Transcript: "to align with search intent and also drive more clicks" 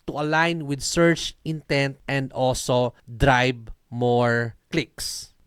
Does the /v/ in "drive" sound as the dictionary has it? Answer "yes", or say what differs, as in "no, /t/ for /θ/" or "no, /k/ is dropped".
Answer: no, /b/ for /v/